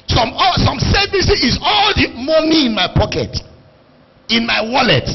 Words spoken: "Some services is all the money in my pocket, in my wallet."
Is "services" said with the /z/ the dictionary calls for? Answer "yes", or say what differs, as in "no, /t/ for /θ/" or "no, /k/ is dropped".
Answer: no, /z/ is dropped